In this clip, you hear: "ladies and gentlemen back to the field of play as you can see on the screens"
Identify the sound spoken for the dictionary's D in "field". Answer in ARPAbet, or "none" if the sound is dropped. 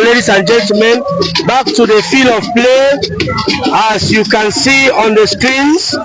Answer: none